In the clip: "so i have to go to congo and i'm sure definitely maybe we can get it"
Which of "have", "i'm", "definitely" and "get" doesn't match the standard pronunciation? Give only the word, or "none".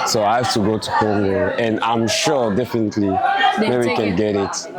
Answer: have